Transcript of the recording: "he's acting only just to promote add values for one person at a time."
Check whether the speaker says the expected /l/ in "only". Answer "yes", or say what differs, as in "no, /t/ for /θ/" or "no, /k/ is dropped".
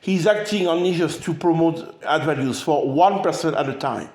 no, /l/ is dropped